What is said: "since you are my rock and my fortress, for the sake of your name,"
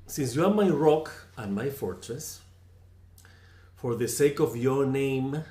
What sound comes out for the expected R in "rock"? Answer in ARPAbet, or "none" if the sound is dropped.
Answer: R